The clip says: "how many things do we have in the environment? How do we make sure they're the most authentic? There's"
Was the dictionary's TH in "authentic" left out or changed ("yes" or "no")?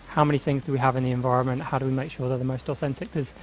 no